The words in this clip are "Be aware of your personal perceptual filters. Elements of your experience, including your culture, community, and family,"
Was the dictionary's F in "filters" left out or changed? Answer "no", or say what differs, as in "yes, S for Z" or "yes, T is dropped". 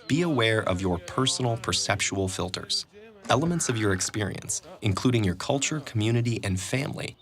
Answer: no